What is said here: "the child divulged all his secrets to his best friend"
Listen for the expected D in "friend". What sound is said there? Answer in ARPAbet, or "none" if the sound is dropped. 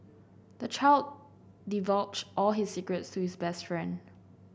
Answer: D